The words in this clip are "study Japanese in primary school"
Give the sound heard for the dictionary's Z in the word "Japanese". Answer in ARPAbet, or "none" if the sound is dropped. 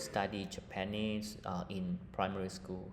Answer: S